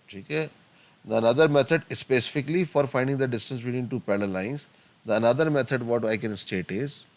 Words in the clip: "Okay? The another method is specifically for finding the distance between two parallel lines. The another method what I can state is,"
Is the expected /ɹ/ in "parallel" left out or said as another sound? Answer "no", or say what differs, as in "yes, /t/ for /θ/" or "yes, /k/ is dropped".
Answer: yes, /l/ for /ɹ/